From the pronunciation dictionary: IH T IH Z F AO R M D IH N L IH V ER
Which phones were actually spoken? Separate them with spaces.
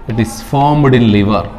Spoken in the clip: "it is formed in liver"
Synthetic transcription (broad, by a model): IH T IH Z F AO R M D IH N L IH V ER